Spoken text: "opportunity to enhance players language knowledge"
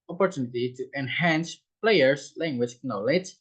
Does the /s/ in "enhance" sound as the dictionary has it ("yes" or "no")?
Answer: yes